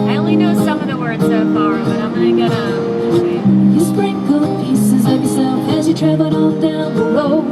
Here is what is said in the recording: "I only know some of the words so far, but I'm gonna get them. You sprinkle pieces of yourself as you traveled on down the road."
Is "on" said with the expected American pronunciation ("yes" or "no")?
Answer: no